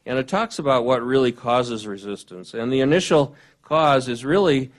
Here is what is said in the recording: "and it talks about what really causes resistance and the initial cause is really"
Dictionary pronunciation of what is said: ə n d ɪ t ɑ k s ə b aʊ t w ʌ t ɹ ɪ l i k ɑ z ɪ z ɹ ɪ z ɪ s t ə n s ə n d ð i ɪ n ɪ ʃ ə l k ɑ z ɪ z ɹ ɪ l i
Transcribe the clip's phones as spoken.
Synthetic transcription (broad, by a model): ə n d ɪ t ɑ k s ə b aʊ t w ʌ t ɹ ɪ l i k ɑ z ɪ z ɹ ɪ z ɪ s t ə n s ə n ð i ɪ n ɪ ʃ l k ɑ z ɪ z ɹ ɪ l i